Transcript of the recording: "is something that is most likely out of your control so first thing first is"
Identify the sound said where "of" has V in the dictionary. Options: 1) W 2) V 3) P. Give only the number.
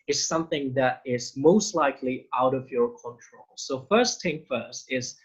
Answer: 2